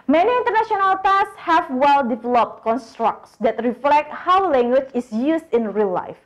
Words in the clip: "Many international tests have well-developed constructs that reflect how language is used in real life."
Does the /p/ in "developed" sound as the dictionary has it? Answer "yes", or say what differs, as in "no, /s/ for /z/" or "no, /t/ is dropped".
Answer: yes